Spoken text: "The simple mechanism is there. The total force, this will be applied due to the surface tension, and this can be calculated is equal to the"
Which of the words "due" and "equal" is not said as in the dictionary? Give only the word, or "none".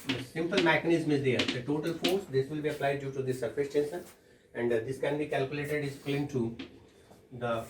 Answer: equal